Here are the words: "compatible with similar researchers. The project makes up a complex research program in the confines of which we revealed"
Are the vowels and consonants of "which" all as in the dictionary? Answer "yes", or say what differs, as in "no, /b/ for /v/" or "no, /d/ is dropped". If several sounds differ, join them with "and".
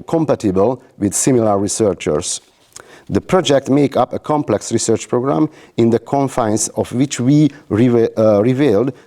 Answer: yes